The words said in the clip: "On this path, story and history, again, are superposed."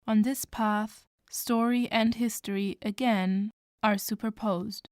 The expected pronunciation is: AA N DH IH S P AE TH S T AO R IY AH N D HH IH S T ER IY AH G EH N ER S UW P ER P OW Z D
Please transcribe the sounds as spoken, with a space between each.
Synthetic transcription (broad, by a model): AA N DH IH S P AE TH S T AO R IY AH N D HH IH S T ER IY AH G EH N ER S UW P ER P OW Z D